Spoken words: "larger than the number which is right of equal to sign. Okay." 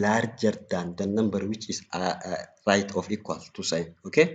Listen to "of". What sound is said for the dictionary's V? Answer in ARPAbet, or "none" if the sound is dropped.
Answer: F